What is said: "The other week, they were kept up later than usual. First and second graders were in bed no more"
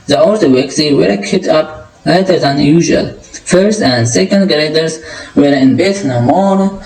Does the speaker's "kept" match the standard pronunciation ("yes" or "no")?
no